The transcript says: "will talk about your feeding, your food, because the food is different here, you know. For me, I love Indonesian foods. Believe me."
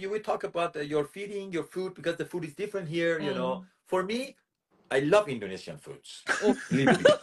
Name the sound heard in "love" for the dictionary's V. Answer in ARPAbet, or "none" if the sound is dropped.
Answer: V